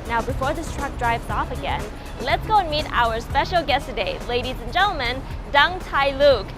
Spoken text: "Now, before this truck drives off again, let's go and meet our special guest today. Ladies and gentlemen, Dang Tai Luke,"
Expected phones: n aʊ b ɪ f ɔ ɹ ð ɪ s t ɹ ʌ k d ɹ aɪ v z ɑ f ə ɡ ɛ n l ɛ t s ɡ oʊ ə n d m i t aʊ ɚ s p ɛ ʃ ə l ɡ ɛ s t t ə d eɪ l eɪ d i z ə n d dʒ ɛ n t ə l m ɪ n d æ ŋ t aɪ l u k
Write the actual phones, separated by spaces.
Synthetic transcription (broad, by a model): n aʊ b ɪ f ɔ ɹ ð ɪ s t ɹ ʌ k d ɹ aɪ v z ɑ f ə ɡ ɛ n l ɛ t s ɡ oʊ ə n m i t aʊ ɚ s p ɛ ʃ l ɡ ɛ s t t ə d eɪ l eɪ d i z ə n dʒ ɛ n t l m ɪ n d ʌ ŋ t aɪ l u k